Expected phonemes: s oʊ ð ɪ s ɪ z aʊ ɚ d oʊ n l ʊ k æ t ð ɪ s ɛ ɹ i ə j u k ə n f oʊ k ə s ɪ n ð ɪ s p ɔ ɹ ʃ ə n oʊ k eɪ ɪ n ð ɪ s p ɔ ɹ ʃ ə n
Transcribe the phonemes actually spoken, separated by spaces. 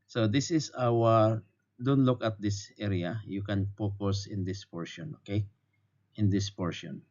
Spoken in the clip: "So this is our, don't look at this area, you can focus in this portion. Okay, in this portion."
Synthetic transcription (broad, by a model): s oʊ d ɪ s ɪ s aʊ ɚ d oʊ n l ʊ k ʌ t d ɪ s ɛ ɹ i ə j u k ə n p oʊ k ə s ɪ n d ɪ s p ɔ ɹ ʃ ə n oʊ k eɪ ɪ n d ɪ s p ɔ ɹ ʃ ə n